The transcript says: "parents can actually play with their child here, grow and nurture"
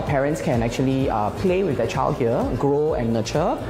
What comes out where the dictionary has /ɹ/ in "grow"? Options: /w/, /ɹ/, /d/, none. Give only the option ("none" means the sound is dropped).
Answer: /ɹ/